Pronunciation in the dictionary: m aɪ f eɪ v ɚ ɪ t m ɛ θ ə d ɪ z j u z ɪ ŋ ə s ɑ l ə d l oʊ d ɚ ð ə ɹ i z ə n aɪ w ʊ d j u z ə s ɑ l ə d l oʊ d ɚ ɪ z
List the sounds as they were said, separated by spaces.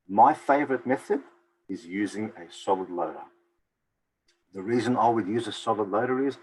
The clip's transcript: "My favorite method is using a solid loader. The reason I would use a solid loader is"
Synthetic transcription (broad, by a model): m aɪ f eɪ v ɚ ɪ t m ɛ θ ə d ɪ z j u z ɪ ŋ ə s ɑ l ə d l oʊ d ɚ ð ə ɹ i z ə n aɪ w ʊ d j u z ə s ɑ l ə d l oʊ d ɚ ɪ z